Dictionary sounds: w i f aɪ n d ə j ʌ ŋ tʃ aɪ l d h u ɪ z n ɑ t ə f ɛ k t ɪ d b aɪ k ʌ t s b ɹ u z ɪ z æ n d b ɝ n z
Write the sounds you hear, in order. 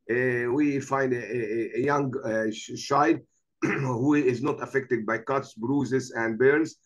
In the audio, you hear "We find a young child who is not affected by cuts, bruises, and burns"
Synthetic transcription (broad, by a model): w i f aɪ n d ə j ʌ ŋ ʃ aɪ d h u ɪ z n ɑ t ə f ɛ k t ɪ d b aɪ k ʌ t s b ɹ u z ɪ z æ n d b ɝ n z